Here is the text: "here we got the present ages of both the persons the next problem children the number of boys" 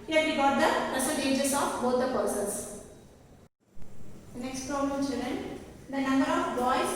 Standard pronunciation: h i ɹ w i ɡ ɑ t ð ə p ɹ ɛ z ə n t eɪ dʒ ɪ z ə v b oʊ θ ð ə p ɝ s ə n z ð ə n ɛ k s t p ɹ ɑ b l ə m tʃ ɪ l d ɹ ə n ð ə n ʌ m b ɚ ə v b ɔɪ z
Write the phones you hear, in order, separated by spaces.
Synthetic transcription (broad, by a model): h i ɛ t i ɡ ɑ t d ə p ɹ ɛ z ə t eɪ dʒ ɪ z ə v b oʊ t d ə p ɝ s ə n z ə n ɛ k s t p ɹ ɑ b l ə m tʃ ɪ l d ɹ ə n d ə n ʌ m b ɚ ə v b ɔɪ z